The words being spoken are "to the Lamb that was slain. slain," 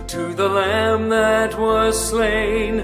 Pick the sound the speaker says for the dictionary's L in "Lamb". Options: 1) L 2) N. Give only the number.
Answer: 1